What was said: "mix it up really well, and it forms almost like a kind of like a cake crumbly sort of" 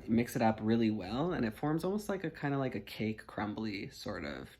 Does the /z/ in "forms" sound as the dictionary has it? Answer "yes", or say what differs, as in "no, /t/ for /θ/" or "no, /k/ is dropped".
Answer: yes